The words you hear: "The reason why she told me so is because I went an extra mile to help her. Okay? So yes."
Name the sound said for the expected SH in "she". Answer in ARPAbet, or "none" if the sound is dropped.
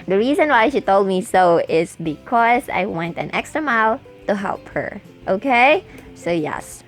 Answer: SH